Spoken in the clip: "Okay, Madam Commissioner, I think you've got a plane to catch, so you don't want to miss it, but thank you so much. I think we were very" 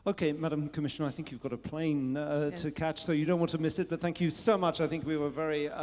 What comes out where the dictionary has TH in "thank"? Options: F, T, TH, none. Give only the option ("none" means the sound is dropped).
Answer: TH